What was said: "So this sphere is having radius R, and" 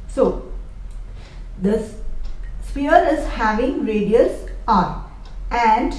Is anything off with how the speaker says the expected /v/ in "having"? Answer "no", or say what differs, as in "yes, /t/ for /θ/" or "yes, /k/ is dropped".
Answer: no